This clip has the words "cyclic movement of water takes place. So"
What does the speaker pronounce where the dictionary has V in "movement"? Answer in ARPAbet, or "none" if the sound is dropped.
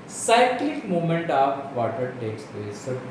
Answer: none